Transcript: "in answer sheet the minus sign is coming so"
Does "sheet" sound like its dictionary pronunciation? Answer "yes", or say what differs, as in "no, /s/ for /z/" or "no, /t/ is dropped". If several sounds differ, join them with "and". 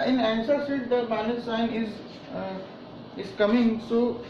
no, /s/ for /ʃ/